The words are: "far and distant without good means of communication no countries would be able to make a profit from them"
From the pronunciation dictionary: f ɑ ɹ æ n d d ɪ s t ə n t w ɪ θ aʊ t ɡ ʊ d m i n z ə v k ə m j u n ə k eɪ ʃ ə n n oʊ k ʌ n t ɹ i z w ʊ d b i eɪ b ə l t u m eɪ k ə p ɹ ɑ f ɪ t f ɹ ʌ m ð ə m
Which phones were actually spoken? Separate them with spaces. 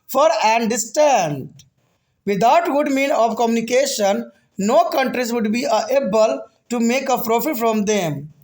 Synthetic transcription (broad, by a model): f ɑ ɹ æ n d d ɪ s t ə n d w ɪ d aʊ t ɡ ʊ d m i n ə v k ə m j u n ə k eɪ ʃ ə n n oʊ k ʌ n t ɹ i z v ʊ d b i eɪ b ə l t u m eɪ k ə p ɹ ɑ f ɪ t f ɹ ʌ m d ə m